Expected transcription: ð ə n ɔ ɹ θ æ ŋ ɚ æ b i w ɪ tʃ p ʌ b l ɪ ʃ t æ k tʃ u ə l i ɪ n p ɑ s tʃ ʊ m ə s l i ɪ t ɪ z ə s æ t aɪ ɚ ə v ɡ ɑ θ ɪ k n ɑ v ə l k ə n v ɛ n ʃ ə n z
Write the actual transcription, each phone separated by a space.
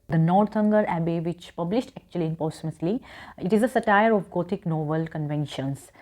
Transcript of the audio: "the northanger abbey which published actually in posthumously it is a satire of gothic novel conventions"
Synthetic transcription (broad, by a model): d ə n ɔ ɹ t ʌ ŋ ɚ æ b i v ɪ tʃ p ʌ b l ɪ ʃ t æ k tʃ u ə l i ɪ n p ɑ s ʊ m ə s l i ɪ t ɪ z ə s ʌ t aɪ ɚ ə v ɡ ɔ t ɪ k n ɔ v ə l k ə n v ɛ n ʃ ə n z